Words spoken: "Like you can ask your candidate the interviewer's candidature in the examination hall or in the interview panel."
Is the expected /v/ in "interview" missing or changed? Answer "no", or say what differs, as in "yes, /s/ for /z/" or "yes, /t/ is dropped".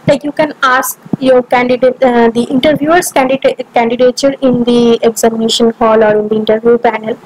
no